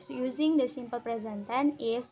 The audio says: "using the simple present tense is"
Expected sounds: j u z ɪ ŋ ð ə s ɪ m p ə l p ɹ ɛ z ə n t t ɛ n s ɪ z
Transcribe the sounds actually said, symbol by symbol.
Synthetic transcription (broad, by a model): j u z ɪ ŋ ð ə s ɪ m p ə l p ɹ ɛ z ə n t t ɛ n ɪ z